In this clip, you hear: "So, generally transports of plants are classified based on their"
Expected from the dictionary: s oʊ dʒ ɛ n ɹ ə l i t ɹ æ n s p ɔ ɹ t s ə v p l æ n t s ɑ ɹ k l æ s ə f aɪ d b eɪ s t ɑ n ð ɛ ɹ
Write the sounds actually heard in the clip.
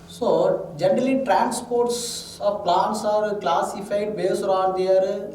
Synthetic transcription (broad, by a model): s oʊ dʒ ɛ n ɹ ə l i t ɹ æ n s p ɔ ɹ t s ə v p l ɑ n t s ɑ ɹ k l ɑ s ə f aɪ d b eɪ s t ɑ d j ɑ ɹ